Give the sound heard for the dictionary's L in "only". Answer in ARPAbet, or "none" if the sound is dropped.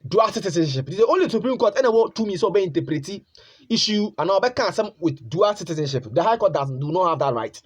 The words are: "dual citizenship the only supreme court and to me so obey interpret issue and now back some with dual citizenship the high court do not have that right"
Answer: L